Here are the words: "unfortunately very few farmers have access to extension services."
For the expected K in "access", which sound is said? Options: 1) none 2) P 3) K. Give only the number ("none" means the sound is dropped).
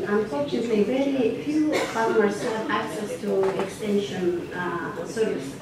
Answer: 3